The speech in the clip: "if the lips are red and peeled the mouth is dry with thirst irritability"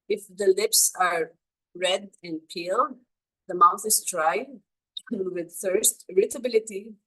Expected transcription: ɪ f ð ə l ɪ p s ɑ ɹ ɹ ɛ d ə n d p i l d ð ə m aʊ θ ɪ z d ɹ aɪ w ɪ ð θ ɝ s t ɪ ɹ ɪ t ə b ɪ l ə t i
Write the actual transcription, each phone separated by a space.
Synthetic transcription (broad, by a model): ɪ f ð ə l ɪ p s ɑ ɹ ɹ ɛ d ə n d p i l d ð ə m aʊ θ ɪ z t ɹ aɪ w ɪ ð θ ɝ s t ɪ ɹ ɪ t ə b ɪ l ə t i